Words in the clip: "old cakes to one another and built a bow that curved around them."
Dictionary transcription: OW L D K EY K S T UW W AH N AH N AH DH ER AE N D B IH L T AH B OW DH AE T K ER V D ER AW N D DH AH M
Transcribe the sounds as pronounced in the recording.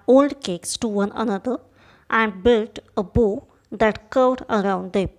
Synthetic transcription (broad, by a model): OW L D K EY K S T UW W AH N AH N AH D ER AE N D B IH L T AH B OW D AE T K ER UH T ER AW N D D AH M